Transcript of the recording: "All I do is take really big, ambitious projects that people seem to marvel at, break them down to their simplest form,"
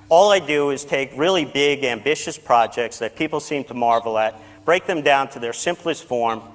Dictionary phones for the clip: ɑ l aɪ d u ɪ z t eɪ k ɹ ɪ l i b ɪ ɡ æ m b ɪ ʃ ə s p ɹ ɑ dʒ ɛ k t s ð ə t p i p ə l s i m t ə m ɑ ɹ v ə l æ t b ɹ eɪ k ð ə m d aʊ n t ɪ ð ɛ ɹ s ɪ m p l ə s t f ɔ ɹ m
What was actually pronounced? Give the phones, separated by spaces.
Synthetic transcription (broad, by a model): ɑ l aɪ d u ɪ z t eɪ k ɹ ɪ l i b ɪ ɡ æ m b ɪ ʃ ə s p ɹ ɑ dʒ ɛ k t s ð ə t p i p l s i m t ə m ɑ ɹ v l æ t b ɹ eɪ k ð ə m d aʊ n t ɪ ð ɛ ɹ s ɪ m p l ə s t f ɔ ɹ m